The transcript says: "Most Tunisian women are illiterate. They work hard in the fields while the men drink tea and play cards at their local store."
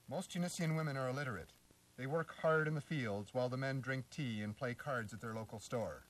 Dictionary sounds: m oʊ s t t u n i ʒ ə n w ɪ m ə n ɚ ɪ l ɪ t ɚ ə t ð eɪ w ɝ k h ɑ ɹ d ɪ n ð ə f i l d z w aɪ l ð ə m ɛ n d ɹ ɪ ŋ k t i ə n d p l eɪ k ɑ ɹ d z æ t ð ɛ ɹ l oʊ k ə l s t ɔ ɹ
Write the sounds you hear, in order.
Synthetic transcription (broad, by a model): m oʊ s t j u n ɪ s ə n w ɪ m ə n ɚ ɪ l ɪ t ɚ ə t ð eɪ w ɝ k h ɑ ɹ d ɪ n ð ə f i l d z w aɪ l ð ə m ɛ n d ɹ ɪ ŋ k t i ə n p l eɪ k ɑ ɹ d z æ t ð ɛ ɹ l oʊ k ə l s t ɔ ɹ